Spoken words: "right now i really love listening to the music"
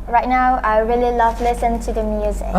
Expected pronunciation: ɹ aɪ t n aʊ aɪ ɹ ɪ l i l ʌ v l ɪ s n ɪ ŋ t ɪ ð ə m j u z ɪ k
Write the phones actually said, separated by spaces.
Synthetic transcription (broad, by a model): ɹ aɪ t n aʊ aɪ ɹ ɪ l i l ʌ v l ɪ s ɪ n t ɪ ð ə m j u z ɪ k